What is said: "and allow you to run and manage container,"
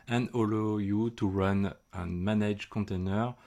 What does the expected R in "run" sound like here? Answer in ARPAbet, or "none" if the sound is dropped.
R